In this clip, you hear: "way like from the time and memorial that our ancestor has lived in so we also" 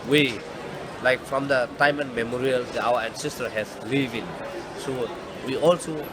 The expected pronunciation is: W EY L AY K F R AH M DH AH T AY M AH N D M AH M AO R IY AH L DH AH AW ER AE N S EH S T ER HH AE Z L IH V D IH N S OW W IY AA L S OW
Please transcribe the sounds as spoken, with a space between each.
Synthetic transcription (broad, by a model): W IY L AY K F R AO M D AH T AY M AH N M AH M AO R IY AH L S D AW ER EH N S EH S T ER HH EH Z L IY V IH N S OW W IY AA L S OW